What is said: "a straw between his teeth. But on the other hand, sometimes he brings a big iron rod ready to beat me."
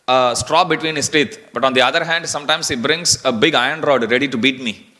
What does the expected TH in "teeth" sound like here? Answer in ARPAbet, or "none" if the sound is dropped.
T